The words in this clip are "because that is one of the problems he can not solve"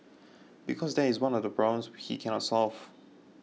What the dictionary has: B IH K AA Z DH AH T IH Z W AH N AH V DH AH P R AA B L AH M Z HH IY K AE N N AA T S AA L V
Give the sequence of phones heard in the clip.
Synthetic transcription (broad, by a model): B IH K AA Z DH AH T IH Z W AH N AH V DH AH B R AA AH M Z HH IY K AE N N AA T S AA L V